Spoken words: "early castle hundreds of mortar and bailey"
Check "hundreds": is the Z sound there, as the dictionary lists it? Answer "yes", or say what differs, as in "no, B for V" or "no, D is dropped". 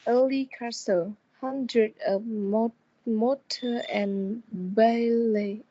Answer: no, Z is dropped